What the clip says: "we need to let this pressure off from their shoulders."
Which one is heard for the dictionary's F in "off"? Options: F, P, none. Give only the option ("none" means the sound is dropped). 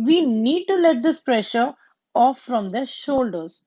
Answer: F